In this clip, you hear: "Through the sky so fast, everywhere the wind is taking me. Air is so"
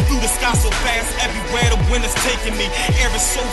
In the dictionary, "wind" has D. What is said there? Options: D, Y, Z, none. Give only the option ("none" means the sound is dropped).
none